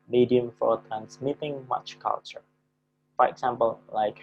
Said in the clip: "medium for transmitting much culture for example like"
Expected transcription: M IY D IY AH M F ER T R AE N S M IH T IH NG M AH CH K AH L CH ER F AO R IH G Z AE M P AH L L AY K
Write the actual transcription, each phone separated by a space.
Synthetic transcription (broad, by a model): M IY D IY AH M F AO T R AE N S M IH T IH NG M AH CH K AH L CH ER F AO R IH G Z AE M P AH L L AY K